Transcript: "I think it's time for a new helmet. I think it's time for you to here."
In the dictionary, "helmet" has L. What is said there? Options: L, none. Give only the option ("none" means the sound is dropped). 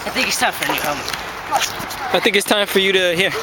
none